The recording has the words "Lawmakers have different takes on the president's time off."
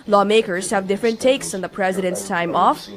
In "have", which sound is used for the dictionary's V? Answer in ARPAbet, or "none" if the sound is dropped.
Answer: V